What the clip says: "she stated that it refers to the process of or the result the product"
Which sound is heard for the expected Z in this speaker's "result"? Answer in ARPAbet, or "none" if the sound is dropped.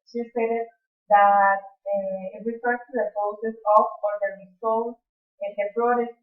S